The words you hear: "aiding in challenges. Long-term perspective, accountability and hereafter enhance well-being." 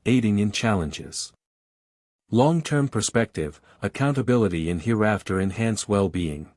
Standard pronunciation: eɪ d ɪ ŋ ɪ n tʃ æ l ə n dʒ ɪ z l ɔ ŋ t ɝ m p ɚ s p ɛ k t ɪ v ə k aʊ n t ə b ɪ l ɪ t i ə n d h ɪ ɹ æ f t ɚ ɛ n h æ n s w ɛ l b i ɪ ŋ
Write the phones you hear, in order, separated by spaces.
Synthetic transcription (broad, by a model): eɪ d ɪ ŋ ɪ n tʃ æ l ə n dʒ ɪ z l ɔ ŋ t ɝ m p ɚ s p ɛ k t ɪ v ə k aʊ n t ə b ɪ l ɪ t i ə n h ɪ ɹ æ f t ɚ ɛ n h æ n s w ɛ l b i ɪ ŋ